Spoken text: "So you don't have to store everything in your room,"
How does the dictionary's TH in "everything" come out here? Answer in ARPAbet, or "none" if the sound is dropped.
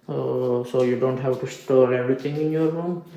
T